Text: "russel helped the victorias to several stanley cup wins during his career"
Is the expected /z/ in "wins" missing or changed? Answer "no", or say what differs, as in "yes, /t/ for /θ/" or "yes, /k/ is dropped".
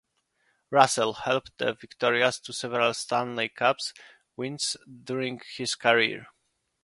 yes, /s/ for /z/